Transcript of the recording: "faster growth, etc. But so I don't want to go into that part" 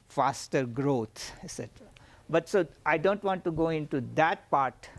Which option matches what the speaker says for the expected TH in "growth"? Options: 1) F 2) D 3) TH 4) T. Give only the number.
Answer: 4